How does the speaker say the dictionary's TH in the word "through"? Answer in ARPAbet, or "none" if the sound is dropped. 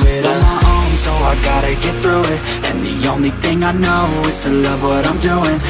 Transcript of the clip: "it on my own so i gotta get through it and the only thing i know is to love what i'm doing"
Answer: TH